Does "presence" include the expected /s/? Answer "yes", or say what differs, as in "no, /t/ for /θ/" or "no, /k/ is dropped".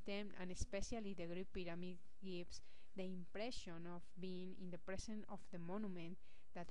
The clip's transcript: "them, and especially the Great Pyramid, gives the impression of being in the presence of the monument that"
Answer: no, /s/ is dropped